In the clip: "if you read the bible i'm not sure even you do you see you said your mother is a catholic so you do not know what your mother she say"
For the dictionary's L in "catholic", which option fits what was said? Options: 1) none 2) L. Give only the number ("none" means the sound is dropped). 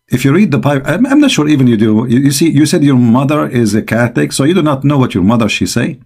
1